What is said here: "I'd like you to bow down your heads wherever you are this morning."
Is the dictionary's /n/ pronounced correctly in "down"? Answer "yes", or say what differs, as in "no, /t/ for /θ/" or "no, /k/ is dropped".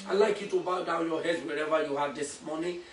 no, /l/ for /n/